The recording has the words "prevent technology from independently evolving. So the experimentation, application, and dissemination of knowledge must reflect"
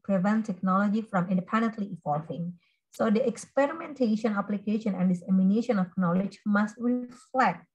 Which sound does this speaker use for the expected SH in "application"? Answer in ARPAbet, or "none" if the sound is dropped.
SH